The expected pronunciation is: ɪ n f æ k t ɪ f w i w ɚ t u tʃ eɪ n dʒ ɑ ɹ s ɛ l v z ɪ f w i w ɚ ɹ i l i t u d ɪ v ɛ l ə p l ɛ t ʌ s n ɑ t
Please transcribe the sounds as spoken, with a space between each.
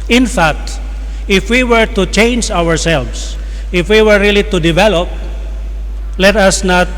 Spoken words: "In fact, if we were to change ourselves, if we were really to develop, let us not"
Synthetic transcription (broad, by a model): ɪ n f æ k t ɪ f w i w ɚ t u tʃ eɪ n dʒ ɑ ɹ s ɛ l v s ɪ f w i w ɚ ɹ i l i t u d ɪ v ɛ l ə p l ɛ t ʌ s n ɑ t